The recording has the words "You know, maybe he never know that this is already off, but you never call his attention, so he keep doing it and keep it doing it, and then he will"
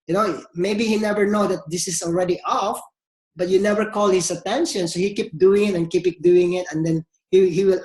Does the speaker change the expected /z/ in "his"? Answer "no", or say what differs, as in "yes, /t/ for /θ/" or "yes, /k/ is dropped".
yes, /s/ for /z/